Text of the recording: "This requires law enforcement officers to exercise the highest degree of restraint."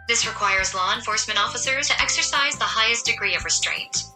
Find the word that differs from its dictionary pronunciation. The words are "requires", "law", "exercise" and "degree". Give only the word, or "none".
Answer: none